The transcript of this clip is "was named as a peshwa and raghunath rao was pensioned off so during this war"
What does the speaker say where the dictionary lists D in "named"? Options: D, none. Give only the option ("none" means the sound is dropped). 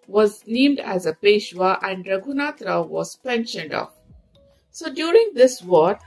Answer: D